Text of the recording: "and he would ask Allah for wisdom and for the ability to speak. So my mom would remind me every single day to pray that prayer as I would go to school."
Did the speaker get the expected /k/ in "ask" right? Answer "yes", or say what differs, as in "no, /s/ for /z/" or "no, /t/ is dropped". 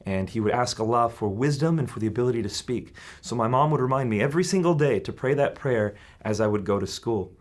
yes